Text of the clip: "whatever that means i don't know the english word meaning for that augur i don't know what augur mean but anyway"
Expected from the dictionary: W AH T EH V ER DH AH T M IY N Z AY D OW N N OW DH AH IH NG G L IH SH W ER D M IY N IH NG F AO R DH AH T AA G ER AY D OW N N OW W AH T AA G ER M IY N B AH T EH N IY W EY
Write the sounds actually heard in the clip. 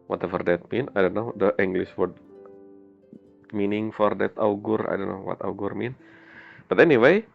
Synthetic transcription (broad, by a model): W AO T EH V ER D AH T M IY N AY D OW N N OW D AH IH NG G L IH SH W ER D M IY N IH NG F AO R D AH T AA G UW AY D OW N N OW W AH T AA G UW M IY N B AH T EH N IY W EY